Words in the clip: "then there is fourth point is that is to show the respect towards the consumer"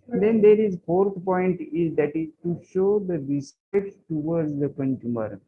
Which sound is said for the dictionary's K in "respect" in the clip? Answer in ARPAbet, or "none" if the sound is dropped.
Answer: none